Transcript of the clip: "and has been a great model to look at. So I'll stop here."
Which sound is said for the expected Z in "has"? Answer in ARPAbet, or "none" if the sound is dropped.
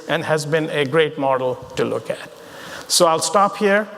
Z